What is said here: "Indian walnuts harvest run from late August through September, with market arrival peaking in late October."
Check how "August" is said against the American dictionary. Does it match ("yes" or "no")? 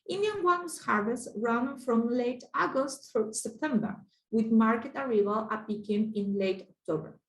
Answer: yes